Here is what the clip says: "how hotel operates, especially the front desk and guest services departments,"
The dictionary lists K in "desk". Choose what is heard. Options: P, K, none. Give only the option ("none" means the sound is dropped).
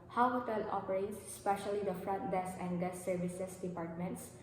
none